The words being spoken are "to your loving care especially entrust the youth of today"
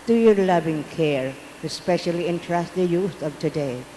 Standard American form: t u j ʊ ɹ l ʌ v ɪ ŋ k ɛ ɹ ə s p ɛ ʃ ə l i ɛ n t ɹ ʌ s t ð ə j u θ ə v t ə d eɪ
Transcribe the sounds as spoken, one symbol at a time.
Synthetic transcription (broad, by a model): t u j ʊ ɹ l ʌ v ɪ ŋ k ɛ ɹ ə s p ɛ ʃ ə l i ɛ n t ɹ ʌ s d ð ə j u s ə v t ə d eɪ